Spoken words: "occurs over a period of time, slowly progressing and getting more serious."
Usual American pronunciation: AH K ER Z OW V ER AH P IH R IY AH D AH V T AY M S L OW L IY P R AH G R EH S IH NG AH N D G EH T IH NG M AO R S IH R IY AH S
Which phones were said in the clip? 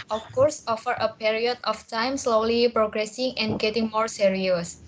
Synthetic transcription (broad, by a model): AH K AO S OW F ER AH P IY R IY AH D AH F T AY M S L OW L IY P R AH G R EH S IH NG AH N G EH T IH NG M AO R S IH R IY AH S